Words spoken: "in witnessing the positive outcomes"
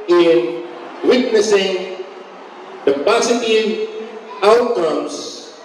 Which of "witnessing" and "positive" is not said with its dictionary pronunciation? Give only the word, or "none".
positive